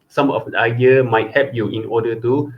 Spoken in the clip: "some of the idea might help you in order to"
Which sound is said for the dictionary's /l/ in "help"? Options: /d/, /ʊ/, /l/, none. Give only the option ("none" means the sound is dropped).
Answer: none